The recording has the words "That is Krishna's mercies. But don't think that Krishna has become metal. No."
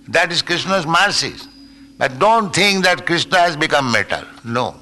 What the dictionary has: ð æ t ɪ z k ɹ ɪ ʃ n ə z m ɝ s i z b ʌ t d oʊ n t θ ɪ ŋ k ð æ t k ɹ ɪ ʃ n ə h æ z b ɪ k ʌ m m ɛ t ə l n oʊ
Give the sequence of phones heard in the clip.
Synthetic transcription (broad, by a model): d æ t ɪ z k ɹ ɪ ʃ n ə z m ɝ s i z b ʌ t d oʊ n t t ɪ ŋ k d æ t k ɹ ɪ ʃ n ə h æ z b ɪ k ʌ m m ɛ t ə l n oʊ